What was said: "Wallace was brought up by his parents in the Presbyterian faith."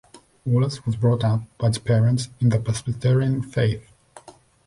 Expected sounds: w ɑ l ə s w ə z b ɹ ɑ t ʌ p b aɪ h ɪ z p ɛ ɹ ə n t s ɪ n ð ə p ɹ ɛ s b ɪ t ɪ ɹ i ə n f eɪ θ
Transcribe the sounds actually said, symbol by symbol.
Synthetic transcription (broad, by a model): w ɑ l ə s w ə z b ɹ ɑ t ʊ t b aɪ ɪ p ɛ ɹ ə n t s ɪ n ð ə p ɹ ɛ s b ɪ t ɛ ɹ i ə n f eɪ θ